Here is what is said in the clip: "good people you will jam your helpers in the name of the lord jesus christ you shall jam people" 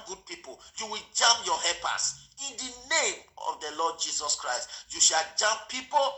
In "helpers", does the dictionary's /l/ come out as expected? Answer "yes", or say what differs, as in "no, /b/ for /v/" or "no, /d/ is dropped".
no, /l/ is dropped